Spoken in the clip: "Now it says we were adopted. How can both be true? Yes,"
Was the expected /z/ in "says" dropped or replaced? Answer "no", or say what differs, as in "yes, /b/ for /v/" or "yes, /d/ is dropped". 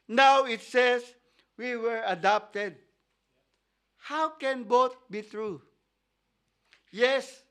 yes, /s/ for /z/